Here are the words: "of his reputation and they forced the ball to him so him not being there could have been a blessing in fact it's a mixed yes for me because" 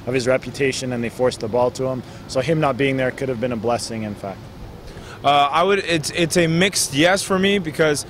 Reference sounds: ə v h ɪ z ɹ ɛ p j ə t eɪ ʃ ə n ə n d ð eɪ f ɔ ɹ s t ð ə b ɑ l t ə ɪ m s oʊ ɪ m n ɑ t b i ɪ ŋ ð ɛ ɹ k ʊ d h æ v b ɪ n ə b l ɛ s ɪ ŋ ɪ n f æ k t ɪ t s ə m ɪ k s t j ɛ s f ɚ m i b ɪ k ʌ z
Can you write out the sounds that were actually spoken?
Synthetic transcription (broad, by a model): ə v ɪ z ɹ ɛ p j ə t eɪ ʃ ə n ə n ð eɪ f ɔ ɹ s ð ə b ɑ l t ə ɪ m s oʊ ɪ m n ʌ t b i ɪ ŋ ð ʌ ɹ k ʊ d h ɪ v b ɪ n ə b l ɛ s ɪ ŋ ɪ n f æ k t ɪ t s ə m ɪ k s t j ɛ s f ɚ m i b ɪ k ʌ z